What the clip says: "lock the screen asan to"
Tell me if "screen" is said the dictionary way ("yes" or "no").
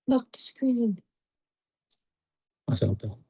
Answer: no